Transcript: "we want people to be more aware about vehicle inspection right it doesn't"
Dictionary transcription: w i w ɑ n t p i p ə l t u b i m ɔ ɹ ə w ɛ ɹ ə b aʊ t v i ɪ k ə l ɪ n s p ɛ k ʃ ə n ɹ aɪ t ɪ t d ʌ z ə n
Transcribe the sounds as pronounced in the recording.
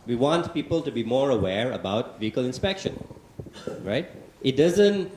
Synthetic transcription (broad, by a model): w i w ɑ n t p i p ə l t u b i m ɔ ɹ ə w ɛ ɹ ə b aʊ t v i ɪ k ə l ɪ n s p ɛ k ʃ ə n ɹ aɪ t ɪ t d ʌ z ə n